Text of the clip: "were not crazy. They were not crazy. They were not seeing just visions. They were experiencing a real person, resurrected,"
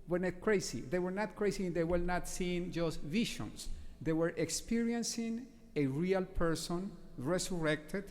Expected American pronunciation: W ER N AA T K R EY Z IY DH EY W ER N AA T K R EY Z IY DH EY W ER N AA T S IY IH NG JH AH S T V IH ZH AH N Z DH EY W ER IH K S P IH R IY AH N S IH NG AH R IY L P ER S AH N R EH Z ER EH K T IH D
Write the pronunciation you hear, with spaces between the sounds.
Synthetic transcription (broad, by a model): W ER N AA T K R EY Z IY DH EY W ER N AA T K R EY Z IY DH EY W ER N AA T S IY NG JH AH S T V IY SH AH N S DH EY W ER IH K S P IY R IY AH N S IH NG AH R IY L P ER S AH N R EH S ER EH K T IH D